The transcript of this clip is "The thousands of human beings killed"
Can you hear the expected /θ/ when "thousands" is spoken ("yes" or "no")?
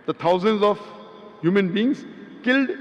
no